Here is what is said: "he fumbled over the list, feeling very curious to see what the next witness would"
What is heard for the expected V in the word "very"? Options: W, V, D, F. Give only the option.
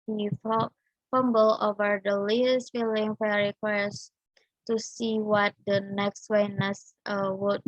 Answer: F